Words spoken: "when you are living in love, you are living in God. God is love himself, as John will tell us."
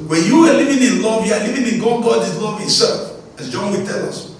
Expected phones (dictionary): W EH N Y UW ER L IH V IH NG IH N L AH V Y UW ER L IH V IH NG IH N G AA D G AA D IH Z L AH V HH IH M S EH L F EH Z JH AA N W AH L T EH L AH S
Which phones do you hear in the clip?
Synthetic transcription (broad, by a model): W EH N Y UW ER L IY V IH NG IH N L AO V Y UW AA L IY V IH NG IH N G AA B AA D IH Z L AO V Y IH S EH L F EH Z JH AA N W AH T EH L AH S